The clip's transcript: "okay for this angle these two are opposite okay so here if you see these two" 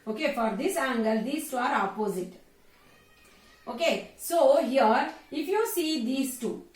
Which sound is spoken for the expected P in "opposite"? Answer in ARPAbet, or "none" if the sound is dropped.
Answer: P